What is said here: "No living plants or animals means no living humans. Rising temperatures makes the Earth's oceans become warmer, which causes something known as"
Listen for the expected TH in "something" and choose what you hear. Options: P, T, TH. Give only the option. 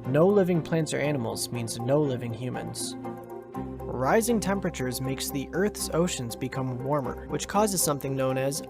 TH